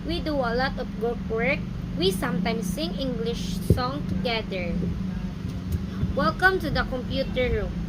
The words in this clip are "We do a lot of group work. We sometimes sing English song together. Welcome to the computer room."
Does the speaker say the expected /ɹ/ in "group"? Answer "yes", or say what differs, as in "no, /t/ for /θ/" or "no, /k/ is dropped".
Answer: no, /ɹ/ is dropped